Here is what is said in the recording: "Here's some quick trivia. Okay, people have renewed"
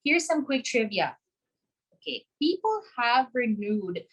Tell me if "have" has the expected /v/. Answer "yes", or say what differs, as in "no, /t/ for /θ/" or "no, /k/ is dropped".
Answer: yes